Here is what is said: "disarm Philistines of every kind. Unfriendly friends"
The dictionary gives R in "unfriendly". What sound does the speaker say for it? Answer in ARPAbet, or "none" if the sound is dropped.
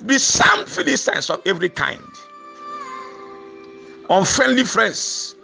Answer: R